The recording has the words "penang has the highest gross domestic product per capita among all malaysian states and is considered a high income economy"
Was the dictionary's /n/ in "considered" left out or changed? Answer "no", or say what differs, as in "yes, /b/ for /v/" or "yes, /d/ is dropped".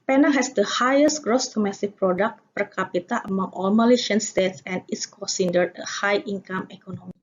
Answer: yes, /n/ is dropped